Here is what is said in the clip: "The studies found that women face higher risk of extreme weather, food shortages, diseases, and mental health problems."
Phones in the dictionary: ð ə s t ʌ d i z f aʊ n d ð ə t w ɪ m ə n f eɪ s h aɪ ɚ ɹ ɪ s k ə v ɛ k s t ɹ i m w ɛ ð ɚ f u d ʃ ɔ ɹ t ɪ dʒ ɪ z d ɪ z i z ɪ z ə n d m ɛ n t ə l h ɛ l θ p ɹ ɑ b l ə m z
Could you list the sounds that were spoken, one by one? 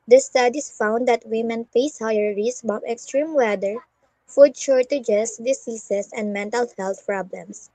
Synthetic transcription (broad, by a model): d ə s t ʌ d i s f aʊ n d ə t w ɪ m ə n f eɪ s h aɪ ɚ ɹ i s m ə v ɛ k s t ɹ i m w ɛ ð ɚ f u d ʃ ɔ ɹ t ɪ dʒ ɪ s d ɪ s i s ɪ s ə n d m ɛ n t ə l h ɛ l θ p ɹ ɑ b l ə m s